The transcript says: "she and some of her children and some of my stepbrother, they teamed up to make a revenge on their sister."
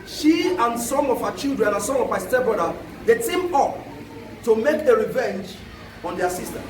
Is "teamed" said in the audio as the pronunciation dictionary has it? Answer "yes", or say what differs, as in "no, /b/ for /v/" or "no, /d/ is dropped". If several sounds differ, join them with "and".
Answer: no, /d/ is dropped